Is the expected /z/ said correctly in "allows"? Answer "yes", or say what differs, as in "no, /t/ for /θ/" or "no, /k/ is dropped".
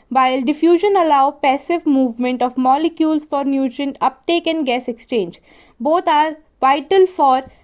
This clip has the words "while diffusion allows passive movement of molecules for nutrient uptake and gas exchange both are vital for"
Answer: no, /z/ is dropped